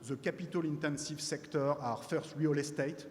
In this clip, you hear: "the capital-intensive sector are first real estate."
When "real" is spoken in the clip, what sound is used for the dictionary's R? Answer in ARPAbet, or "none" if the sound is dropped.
W